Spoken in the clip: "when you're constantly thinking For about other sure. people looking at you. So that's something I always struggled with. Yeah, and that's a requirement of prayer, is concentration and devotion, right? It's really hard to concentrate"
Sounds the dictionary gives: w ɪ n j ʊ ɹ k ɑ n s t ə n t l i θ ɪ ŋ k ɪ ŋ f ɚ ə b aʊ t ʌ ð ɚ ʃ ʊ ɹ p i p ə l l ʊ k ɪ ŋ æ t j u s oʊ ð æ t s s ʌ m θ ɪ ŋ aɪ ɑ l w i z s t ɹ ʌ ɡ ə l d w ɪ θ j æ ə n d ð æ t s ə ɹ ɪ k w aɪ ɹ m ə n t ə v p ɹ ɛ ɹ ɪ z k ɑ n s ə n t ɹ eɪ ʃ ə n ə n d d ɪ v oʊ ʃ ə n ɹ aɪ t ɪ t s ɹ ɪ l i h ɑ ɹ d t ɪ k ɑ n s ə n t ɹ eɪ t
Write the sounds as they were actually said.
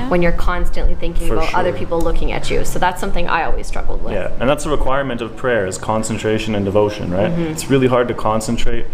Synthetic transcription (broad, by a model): w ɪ n j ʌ ɹ k ɑ n s t ə n t l i θ ɪ ŋ k ɪ ŋ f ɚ ə b aʊ t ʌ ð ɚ ɹ p i p l l ʊ k ɪ ŋ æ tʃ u s oʊ ð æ t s s ʌ m θ ɪ ŋ aɪ ɑ l w i z s t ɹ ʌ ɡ l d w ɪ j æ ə n ð æ t s ə ɹ ɪ k w aɪ ɹ m ə n t ə v p ɹ ɛ ɹ ɪ z k ɑ n s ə n t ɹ eɪ ʃ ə n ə n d d ɪ v oʊ ʃ ə n ɹ aɪ t ɪ t s ɹ ɪ l i h ɑ ɹ d t ɪ k ɑ n s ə n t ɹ eɪ t